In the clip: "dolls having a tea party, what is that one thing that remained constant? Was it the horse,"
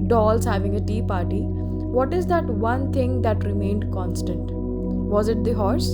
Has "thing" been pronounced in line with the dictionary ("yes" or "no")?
no